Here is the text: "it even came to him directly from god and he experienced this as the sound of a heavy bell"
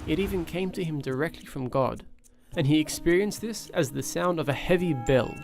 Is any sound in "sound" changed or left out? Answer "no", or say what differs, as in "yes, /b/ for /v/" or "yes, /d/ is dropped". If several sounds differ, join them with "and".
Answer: no